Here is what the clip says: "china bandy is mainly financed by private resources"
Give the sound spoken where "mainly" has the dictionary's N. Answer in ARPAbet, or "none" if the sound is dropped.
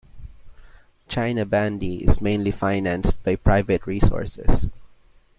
N